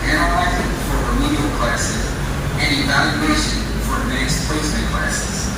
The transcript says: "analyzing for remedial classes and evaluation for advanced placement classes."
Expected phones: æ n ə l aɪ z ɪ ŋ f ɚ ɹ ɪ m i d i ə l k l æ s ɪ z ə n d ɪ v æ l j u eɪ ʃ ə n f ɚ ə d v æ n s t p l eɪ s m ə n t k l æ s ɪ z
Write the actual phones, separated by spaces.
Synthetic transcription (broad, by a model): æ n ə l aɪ z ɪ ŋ f ɚ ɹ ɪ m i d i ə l k l æ s ɪ z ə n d ɪ v æ l j u eɪ ʃ ə n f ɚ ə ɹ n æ s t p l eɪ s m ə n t k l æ s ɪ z